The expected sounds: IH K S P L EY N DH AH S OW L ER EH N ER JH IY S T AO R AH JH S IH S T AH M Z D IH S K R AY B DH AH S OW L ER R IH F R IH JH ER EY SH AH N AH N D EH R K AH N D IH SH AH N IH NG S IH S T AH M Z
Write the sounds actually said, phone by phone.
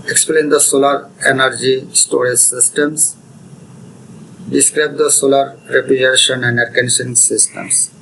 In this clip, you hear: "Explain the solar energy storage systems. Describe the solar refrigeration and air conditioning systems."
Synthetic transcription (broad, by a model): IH K S P L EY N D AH S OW L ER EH N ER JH IY S T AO R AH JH S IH S T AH M S D IH S K R AY B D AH S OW L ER R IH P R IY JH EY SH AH N AH N D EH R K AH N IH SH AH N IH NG S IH S T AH M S